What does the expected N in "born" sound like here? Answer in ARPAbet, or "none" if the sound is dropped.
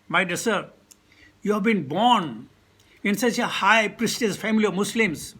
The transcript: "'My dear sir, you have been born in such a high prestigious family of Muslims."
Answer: N